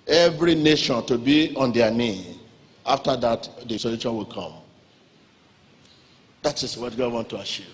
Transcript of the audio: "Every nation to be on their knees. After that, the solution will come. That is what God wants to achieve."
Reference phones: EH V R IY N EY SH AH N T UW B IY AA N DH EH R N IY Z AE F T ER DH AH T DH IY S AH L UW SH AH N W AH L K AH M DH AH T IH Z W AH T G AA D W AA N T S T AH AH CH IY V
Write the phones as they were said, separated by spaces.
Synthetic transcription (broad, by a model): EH V R IY N EY SH AH N T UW B IY AA N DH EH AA N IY AA F T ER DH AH T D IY S AH L UW SH AH N W AH L K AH M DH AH T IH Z W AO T G AA D W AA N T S T AH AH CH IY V